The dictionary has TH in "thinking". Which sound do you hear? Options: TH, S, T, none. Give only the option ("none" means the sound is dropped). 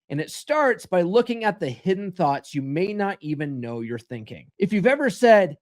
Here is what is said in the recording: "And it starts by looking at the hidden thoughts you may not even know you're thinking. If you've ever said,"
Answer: TH